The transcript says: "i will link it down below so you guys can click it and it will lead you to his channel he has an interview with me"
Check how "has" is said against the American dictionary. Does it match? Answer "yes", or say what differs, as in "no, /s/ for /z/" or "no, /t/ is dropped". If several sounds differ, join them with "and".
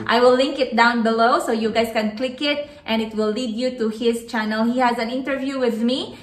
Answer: yes